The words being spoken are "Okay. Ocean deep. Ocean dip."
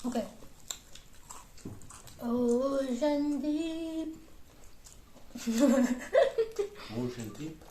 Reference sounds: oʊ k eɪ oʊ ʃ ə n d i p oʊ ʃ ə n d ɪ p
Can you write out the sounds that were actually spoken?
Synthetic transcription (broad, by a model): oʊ k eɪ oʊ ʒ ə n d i oʊ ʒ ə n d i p